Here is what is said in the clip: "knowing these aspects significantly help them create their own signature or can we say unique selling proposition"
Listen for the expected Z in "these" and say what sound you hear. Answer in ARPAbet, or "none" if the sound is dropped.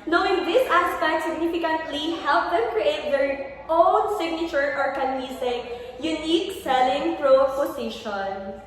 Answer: S